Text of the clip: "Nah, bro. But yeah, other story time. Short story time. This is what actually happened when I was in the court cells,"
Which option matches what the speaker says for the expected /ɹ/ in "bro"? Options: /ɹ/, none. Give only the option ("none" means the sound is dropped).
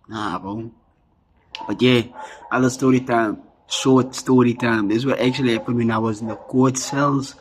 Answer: none